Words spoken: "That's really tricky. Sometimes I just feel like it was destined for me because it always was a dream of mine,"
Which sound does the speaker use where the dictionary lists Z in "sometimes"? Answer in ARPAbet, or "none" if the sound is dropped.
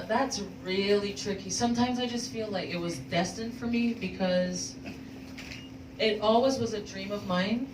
Z